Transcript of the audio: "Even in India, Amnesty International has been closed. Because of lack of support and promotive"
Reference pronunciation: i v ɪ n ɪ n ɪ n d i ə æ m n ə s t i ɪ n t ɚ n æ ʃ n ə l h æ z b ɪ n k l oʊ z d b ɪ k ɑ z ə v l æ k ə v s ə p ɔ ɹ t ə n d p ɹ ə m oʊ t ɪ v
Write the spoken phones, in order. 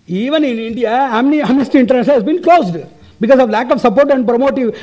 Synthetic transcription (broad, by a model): i v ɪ n ɪ n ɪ n d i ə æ m n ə s t i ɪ n t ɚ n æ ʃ ə n h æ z b ɪ n k l oʊ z d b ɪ k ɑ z ə v l æ k ə v s ə p ɔ ɹ t ə n d p ɹ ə m oʊ t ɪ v